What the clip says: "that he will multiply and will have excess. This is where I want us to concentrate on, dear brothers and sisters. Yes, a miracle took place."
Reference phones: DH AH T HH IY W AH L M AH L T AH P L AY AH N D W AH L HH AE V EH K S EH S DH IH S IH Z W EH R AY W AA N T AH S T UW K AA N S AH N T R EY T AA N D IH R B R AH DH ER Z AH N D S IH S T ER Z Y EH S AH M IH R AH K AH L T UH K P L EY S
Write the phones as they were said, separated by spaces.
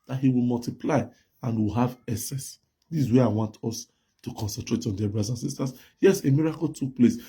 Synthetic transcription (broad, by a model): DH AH T HH IY W AH L M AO L T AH P L AY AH N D W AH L HH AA V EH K S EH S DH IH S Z W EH AY W AA N T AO S T UW K AA N S AH N T R EY T AA N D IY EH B R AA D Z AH N S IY S T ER S Y EH S AH M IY R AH K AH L T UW K P L EY S